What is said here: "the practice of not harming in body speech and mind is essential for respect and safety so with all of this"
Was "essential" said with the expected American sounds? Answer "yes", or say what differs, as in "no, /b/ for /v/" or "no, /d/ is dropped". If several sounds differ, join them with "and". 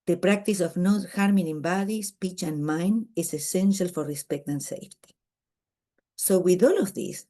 yes